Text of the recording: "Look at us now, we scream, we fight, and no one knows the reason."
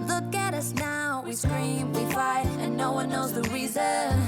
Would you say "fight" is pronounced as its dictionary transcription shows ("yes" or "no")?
no